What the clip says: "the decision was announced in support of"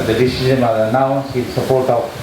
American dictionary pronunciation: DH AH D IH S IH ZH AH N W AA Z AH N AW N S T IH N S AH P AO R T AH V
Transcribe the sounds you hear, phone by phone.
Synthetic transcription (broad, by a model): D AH D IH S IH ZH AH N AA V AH N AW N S IH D S AH P AO R T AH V